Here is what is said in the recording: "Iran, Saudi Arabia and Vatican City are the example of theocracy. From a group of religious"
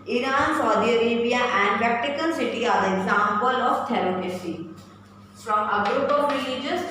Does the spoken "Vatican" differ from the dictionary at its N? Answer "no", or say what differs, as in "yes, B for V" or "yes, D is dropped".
yes, L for N